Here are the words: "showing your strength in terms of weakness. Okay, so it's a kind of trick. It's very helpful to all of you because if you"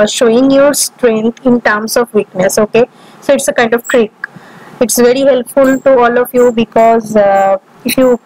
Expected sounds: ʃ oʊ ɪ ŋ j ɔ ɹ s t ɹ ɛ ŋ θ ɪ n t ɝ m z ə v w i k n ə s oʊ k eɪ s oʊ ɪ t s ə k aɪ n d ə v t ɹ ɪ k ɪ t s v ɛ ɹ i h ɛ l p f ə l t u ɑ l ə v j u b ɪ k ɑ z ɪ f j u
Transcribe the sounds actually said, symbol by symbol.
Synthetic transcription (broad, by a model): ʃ oʊ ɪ ŋ j ɔ ɹ s t ɹ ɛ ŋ t ɪ n t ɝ m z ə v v i k n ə s oʊ k eɪ s oʊ ɪ t s ə k aɪ n d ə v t ɹ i k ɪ t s v ɛ ɹ i h ɛ l p f ə l t u ɑ l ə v j u b ɪ k ɑ z ɪ f j u